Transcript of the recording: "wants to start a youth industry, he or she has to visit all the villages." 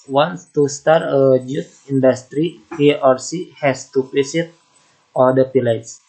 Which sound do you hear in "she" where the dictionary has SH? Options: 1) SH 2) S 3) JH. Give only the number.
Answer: 2